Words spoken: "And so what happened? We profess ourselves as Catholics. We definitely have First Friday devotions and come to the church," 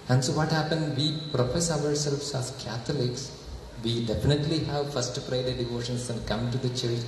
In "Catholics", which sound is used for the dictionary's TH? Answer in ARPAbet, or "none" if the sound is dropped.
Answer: T